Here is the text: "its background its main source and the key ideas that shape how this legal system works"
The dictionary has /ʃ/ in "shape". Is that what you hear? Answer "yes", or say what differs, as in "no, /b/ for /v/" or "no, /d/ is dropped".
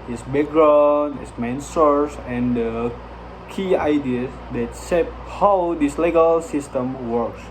no, /s/ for /ʃ/